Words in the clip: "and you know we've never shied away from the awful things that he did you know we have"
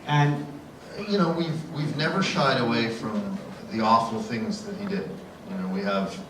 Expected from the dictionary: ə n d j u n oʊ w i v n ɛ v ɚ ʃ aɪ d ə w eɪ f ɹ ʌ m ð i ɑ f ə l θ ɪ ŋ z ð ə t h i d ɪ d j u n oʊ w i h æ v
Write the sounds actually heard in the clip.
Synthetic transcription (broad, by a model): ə n j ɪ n oʊ w i v n ɛ v ɚ ʃ aɪ d ə w eɪ f ɹ ʌ m ð i ɑ f l θ ɪ ŋ z ð ə t h i d ɪ d j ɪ n oʊ w i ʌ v